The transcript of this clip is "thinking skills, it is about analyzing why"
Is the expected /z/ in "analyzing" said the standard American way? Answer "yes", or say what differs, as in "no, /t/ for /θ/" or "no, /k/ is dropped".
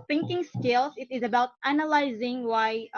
yes